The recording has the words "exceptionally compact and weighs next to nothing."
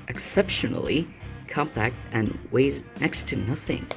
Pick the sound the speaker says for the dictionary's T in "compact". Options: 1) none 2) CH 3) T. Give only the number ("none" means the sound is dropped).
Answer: 3